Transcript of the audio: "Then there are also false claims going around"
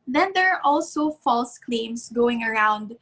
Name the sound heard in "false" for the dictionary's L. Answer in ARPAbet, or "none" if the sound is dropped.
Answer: L